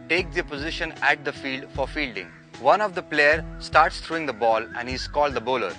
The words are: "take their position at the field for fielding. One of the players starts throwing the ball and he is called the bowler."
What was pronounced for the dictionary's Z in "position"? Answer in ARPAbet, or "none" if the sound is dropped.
Z